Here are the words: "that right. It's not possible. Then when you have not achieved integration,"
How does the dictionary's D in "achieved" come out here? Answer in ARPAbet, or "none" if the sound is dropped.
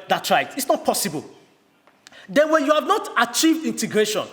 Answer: D